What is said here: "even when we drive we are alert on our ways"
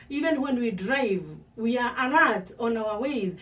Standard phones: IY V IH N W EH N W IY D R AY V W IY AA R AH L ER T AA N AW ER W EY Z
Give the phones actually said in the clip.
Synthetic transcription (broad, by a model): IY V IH N W EH N W IY D R AY V W IY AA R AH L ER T AA N AW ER W EY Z